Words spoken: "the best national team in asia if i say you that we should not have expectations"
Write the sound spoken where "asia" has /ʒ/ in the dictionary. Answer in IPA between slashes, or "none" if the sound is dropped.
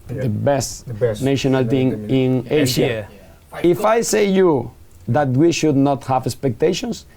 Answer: /ʃ/